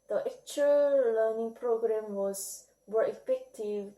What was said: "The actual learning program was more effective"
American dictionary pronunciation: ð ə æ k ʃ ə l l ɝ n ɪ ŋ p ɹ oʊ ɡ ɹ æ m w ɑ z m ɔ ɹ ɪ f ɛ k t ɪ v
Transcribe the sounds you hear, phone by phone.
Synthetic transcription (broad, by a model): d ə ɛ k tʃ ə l l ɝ n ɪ ŋ p ɹ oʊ ɡ ɹ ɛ m w ɑ s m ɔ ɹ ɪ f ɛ k t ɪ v